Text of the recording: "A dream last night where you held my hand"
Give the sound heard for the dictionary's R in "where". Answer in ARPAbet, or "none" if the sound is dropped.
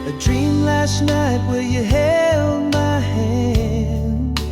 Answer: L